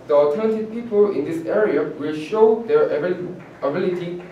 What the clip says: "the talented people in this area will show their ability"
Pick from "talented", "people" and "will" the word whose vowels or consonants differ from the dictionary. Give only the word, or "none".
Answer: talented